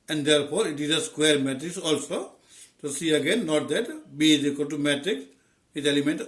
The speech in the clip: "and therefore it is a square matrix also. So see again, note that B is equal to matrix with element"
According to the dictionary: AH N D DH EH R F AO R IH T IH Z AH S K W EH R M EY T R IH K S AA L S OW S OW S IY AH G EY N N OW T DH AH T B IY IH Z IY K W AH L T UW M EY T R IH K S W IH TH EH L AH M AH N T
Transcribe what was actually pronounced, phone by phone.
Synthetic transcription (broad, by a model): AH N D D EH R P AO R IH T IH Z AH S K W EH R M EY T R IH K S AA L S OW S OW S IY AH G EY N N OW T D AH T B IY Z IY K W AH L T UW M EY T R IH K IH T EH L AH M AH N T